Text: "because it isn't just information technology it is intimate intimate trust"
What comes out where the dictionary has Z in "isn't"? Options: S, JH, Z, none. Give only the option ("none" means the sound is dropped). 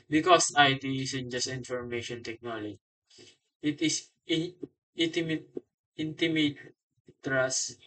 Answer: S